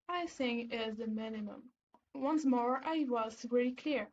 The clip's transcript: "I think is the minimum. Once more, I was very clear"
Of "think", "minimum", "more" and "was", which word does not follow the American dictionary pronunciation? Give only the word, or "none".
think